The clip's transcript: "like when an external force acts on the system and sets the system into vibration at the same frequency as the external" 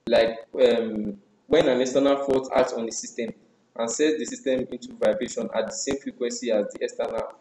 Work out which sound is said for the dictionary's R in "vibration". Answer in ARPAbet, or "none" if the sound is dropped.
R